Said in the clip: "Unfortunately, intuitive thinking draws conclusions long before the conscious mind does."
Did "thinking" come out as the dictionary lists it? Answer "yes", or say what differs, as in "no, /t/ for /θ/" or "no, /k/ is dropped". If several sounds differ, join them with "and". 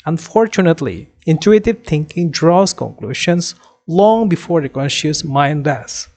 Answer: no, /t/ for /θ/